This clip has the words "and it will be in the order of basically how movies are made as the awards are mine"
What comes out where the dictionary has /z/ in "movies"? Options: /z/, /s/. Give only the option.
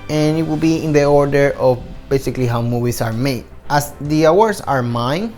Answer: /s/